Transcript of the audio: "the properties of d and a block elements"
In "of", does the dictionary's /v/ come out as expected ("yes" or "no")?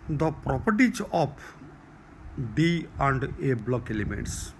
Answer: no